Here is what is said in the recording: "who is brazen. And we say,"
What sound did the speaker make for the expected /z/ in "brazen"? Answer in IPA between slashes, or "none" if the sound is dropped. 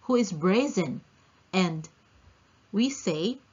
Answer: /z/